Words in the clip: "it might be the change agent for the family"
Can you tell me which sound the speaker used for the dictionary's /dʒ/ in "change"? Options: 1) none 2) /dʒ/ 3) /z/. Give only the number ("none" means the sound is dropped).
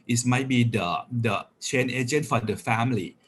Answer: 1